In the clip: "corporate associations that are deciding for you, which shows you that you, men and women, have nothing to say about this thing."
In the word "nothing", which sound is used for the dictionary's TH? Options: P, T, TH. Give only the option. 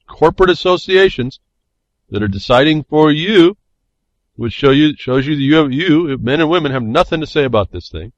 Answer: TH